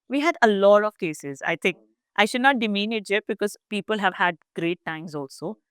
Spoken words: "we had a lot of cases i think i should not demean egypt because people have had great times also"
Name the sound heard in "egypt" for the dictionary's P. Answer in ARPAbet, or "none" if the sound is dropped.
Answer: none